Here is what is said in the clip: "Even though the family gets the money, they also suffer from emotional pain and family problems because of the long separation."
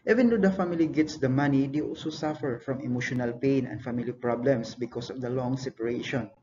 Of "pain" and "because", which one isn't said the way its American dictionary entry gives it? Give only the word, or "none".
because